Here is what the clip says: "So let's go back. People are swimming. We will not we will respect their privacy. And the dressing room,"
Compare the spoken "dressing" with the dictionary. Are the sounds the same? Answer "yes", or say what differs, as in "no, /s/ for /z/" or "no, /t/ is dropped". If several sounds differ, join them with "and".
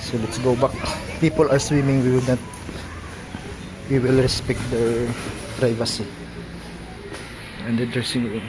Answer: no, /ɹ/ is dropped